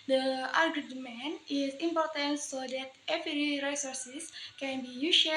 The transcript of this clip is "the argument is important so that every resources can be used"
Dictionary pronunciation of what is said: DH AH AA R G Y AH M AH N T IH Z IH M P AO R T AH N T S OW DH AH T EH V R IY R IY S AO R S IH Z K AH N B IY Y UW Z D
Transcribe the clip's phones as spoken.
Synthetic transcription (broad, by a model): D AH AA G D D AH M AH N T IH S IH M P AO R T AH N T S OW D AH T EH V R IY R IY S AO R S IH S K AH N B IY Y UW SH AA